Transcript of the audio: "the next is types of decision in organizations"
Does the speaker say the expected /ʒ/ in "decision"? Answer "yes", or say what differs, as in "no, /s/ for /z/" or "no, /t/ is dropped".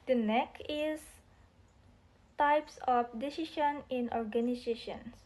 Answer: no, /ʃ/ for /ʒ/